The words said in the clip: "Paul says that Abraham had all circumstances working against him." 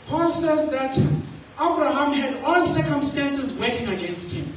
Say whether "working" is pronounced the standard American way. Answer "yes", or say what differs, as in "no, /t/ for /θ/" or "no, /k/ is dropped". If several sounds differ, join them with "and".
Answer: no, /k/ is dropped